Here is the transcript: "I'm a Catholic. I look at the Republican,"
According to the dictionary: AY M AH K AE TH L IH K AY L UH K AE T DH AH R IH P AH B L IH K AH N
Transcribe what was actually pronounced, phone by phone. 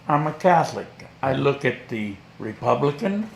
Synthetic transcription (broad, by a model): AY M AH K AE TH L IH K AY L UH K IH T DH AH R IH P AH B L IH K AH N